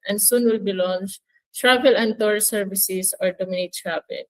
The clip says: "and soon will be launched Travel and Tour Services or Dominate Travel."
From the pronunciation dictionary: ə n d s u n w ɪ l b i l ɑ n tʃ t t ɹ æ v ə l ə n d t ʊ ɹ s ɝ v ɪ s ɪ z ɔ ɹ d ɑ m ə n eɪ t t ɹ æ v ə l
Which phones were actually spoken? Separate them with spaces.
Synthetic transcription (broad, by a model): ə n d s u n w ɪ l b i l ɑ n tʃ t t ɹ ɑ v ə l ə n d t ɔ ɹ s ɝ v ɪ s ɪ s ɔ ɹ d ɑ m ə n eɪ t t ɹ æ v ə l